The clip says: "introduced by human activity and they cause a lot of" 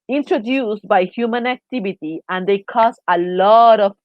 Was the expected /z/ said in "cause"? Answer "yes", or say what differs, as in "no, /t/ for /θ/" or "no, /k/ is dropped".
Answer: no, /s/ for /z/